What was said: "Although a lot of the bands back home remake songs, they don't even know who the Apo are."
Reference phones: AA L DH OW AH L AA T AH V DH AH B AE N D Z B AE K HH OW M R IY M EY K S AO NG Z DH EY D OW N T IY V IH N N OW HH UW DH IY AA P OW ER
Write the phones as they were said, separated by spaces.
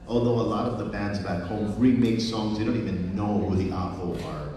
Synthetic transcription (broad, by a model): AA L DH OW AH L AA T AH V DH AH B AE N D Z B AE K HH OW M R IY M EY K S AO NG Z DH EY D OW N T IY V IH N N OW HH UW DH IY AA F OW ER